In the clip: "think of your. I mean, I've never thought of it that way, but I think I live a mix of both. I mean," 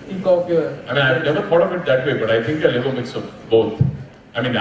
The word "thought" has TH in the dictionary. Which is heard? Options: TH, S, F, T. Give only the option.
F